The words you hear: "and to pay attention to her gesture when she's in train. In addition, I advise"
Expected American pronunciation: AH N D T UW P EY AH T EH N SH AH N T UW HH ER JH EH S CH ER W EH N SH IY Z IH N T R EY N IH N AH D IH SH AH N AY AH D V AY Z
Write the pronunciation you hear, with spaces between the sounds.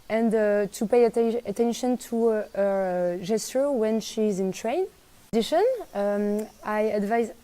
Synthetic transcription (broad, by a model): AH N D T UW P EY AH T EH N SH AH N T UW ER JH EH S CH ER W EH N SH IY Z IH N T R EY IH N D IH SH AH N AY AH D V AY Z